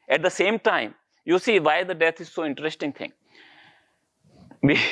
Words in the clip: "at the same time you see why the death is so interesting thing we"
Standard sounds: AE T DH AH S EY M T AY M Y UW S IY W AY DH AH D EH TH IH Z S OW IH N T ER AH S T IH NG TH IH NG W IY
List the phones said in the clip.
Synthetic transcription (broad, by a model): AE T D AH S EY M T AY M Y UW S IY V AY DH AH D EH T IH Z S OW IH N T ER AH S T IH NG T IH NG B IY